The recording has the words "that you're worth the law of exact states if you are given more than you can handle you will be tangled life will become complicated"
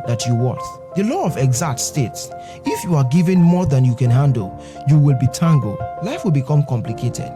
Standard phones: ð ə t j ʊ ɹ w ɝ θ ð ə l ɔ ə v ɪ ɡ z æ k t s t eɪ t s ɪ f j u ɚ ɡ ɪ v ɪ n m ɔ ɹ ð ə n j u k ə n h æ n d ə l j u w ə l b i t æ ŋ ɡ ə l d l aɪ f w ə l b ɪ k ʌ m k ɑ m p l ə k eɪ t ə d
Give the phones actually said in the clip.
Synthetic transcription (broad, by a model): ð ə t j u w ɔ t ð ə l ɔ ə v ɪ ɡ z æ k t s t eɪ t s ɪ f j u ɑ ɡ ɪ v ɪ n m ɔ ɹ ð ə n j u k ə n h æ n d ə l j u w ə l b i t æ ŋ ɡ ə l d l aɪ f w ə l b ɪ k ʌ m k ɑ m p l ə k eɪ t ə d